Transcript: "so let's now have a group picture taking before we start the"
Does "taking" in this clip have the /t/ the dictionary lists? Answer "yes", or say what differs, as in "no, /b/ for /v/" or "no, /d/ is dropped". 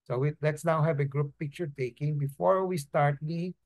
yes